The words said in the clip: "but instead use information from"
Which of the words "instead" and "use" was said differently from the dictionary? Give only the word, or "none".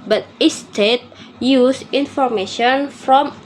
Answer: instead